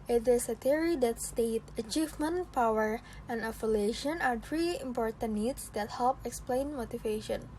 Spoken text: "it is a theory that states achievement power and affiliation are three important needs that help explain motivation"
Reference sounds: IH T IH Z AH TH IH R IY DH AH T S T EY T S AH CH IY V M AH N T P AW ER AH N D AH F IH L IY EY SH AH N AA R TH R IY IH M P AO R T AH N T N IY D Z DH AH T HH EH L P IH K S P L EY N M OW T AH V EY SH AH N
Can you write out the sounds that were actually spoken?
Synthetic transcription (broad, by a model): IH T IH S AH T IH R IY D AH T S T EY T AH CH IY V M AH N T P AW ER AH N D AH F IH L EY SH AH N AA R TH R IY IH M P AO R T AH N N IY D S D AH T HH EH L P IH K S P L EY N M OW T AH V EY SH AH N